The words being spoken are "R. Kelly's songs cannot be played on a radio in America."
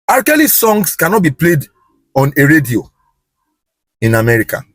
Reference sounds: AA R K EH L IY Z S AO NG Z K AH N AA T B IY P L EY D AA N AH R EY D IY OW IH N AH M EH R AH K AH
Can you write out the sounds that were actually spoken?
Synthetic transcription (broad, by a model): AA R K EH L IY S AO NG S K AH N AA T B IY P L EY D AA N AH R EY D IY OW IH N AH M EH R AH K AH